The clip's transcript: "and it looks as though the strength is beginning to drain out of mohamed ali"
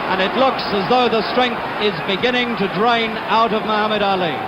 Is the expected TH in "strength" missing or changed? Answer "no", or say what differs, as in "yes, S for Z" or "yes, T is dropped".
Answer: no